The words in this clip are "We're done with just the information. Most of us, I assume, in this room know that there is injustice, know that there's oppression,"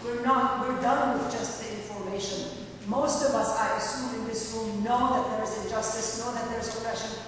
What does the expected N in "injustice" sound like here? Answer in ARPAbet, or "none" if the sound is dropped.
none